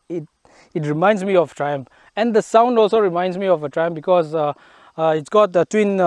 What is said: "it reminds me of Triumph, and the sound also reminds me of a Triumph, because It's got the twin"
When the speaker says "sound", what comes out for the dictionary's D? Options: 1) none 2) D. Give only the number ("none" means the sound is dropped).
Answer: 2